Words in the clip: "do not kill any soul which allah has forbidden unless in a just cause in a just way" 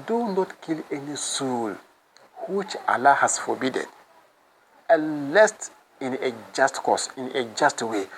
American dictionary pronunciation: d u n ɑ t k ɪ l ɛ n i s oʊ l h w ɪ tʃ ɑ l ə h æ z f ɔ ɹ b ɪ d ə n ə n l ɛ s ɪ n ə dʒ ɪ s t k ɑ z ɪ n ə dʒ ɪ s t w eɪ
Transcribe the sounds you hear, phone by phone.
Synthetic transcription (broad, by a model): d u n ɑ t k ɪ l ɛ n i s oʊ l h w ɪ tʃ ɑ l ə h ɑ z f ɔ b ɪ d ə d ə l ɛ s ɪ n ə dʒ ɪ s t k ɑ s ɪ n ə dʒ ɪ s t w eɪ